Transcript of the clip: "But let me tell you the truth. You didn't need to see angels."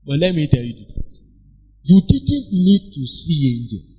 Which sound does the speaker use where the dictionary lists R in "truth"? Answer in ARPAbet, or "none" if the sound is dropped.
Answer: none